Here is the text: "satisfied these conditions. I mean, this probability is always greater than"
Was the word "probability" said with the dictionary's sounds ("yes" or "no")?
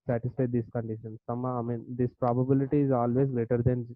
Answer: yes